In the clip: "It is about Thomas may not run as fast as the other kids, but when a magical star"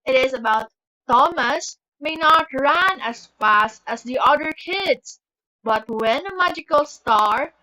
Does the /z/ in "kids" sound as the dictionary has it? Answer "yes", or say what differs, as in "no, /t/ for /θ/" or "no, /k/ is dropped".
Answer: no, /s/ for /z/